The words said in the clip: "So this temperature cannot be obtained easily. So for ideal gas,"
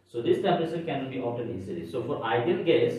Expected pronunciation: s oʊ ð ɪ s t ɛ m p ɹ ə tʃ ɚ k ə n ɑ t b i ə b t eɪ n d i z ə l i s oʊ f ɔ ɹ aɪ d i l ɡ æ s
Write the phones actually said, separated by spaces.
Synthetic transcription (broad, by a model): s oʊ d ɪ s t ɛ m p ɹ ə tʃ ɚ k ə n ɑ t b i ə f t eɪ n i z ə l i s oʊ f ɔ ɹ aɪ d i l ɡ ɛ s